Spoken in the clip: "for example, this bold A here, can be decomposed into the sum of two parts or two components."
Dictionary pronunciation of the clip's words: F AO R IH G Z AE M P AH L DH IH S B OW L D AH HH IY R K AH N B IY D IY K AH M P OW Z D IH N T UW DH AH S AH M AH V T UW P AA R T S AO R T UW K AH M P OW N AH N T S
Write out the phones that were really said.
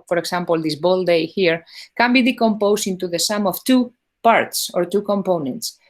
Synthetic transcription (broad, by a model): F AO R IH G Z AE M P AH L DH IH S B OW L D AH HH IY R K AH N B IY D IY K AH M P OW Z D IH N T UW DH AH S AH M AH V T UW P AA R T S AO R T UW K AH M P OW N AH N T S